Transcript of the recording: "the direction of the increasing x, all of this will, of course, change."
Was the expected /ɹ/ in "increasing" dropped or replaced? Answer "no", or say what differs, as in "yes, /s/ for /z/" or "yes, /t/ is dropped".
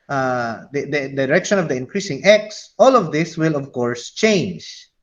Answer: no